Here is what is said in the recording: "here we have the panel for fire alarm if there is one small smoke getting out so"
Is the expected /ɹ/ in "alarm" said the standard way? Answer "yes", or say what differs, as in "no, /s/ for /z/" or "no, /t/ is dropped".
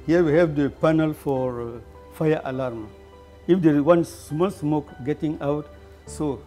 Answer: yes